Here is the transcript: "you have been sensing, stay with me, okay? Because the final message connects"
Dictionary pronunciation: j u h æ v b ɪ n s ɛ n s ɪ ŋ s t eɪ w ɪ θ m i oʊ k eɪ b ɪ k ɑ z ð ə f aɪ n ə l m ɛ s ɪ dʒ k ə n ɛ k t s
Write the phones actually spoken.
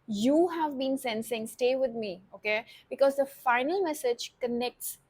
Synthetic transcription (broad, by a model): j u h æ v b ɪ n s ɛ n s ɪ ŋ s t eɪ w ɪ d m i oʊ k eɪ b ɪ k ɑ z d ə f aɪ n ə l m ɛ s ɪ dʒ k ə n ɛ k t s